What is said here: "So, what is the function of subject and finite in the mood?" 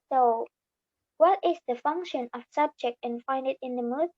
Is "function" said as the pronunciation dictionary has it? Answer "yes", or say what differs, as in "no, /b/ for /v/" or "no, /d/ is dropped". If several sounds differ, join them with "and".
yes